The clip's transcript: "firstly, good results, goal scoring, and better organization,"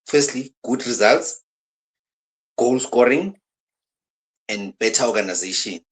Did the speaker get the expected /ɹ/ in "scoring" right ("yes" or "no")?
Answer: yes